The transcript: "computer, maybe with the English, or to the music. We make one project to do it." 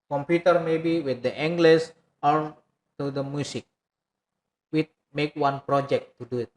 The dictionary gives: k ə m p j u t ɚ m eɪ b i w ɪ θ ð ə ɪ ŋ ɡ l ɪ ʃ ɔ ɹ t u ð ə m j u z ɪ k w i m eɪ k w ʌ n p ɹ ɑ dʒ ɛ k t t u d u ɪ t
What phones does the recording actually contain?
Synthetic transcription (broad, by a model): k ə m p j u t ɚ m eɪ b i w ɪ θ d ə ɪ ŋ ɡ l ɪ s ɔ ɹ t u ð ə m j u s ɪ k w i m eɪ k w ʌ n p ɹ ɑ dʒ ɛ k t t u d u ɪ t